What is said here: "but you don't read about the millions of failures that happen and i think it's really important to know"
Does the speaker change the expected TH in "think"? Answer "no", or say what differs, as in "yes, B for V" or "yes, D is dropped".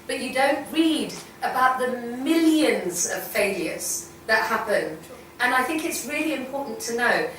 no